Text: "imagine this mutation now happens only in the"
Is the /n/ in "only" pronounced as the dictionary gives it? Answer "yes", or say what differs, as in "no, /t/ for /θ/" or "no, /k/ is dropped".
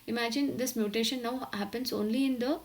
yes